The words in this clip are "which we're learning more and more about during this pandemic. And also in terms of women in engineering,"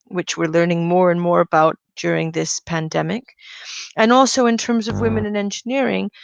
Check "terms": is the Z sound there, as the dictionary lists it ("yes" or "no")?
yes